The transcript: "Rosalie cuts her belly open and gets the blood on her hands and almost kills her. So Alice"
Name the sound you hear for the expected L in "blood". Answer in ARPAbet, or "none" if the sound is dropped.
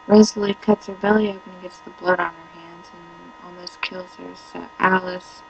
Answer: L